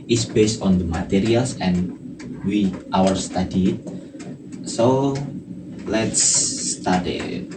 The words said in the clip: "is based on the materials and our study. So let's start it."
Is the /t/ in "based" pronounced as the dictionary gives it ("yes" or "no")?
yes